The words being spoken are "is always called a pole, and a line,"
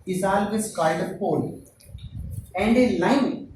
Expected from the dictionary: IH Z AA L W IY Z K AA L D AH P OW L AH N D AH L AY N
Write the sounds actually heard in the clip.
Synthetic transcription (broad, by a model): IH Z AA L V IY S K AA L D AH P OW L AH N D AH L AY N